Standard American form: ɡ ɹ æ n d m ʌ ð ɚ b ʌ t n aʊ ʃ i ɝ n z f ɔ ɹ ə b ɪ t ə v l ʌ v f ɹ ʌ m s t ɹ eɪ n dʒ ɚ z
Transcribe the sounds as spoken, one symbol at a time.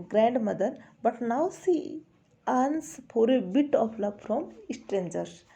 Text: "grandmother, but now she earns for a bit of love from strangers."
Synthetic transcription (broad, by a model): ɡ ɹ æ n d m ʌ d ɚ b ʌ t n aʊ s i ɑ n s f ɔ ɹ ə b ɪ t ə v l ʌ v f ɹ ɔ m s t ɹ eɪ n dʒ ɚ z